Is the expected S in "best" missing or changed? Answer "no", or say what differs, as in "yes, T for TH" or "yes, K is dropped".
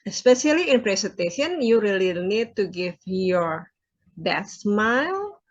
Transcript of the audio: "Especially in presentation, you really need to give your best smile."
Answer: yes, S is dropped